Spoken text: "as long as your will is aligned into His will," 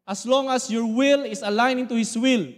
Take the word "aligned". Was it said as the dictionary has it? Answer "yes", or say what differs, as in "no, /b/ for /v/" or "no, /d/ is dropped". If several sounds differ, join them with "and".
no, /d/ is dropped